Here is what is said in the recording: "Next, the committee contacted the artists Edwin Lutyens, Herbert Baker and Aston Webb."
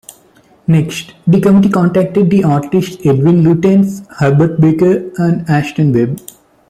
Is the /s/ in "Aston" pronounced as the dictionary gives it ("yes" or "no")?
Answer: no